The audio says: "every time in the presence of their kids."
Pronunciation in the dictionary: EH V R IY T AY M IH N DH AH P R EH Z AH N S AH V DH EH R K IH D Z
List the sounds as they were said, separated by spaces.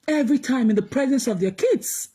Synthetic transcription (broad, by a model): EH V R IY T AY M IH N DH AH P R EH Z AH N S AH V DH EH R K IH D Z